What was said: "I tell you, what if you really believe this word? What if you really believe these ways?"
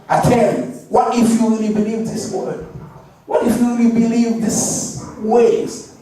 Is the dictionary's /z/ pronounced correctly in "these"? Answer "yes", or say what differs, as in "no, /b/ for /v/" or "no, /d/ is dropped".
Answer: no, /s/ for /z/